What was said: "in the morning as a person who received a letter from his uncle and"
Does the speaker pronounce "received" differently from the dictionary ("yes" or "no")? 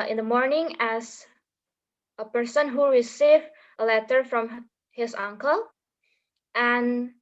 yes